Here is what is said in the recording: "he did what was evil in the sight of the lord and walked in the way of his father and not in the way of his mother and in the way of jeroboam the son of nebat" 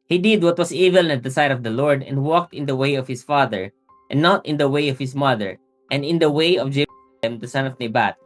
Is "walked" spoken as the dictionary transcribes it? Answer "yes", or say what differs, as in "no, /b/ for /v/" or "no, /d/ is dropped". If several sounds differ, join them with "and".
yes